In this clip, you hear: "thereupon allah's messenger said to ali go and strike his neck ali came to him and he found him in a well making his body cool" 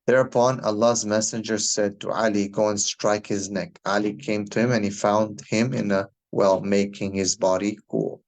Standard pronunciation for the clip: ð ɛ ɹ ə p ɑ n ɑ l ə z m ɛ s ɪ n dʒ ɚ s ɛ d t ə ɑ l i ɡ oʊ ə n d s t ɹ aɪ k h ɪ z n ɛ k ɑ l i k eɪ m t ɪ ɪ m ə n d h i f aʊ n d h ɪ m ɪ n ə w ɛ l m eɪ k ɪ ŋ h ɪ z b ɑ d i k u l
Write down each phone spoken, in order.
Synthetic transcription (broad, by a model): ð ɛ ɹ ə p ɑ n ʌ l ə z m ɛ s ɪ n dʒ ɚ s ɛ d t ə ɑ l i ɡ oʊ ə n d s t ɹ aɪ k h ɪ z n ɛ k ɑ l i k eɪ m t ɪ ɪ m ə n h i f aʊ n d h ɪ m ɪ n ə w ɛ l m eɪ k ɪ ŋ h ɪ z b ɑ d i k u l